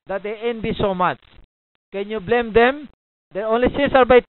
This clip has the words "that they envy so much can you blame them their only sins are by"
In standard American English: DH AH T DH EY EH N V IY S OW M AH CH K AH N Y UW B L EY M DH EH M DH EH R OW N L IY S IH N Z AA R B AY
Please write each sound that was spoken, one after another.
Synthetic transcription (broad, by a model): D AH T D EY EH N B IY S OW M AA CH K AH N Y UW B L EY M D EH M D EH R OW N L IY S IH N S AA R B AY